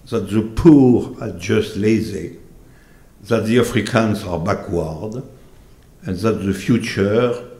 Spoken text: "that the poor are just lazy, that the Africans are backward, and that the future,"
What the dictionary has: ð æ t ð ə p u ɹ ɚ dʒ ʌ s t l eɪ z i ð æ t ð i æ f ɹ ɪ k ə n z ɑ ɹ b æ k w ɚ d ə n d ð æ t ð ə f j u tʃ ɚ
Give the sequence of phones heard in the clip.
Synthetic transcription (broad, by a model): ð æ t ð ə p u ɹ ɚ dʒ ʌ s t l eɪ z i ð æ t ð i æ f ɹ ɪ k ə n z ɑ ɹ b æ k w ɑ d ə n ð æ t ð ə f j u tʃ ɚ